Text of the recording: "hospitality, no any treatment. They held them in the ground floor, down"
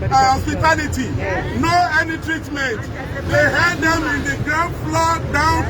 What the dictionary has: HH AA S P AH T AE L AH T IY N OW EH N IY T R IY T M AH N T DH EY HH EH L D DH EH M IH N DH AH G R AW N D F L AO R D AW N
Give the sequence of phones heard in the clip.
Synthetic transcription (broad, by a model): HH AA S P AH T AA L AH T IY N OW EH N IY T R IY T M AH N T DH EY HH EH D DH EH M IH N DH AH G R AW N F L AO D AW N